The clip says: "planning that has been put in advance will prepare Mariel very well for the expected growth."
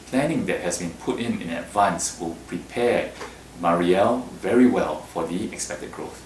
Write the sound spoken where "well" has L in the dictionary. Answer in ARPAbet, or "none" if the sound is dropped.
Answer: L